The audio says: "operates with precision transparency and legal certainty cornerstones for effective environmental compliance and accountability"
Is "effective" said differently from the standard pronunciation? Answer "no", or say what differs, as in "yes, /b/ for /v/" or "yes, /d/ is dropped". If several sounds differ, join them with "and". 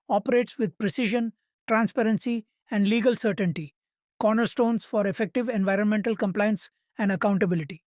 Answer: no